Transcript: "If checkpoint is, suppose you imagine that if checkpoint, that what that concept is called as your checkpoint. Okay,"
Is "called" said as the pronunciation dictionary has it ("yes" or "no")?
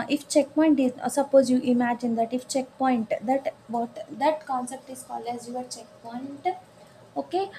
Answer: no